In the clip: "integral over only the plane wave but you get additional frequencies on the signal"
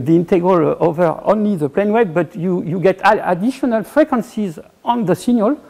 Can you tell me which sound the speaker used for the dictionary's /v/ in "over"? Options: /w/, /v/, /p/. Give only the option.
/v/